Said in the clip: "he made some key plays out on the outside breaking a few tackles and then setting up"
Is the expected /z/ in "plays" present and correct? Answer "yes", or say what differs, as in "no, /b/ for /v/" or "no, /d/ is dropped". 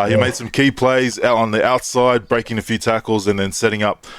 yes